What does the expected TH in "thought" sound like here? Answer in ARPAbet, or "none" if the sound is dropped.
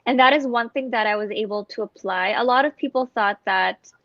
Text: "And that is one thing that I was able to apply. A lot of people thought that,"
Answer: TH